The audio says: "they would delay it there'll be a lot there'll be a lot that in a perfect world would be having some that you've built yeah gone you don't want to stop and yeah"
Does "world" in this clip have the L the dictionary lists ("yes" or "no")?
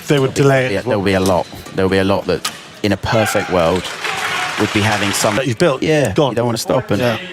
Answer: yes